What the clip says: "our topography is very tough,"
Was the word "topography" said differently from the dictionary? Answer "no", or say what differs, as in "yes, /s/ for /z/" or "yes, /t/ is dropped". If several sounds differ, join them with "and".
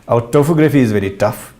yes, /f/ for /p/